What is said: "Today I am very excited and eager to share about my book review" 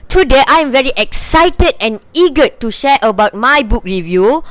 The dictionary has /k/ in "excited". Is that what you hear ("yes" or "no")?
yes